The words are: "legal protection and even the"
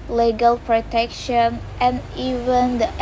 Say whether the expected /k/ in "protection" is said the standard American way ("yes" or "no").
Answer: yes